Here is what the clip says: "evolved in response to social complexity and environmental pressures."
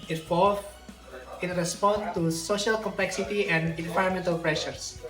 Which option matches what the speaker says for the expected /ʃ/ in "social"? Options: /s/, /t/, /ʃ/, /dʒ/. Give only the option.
/ʃ/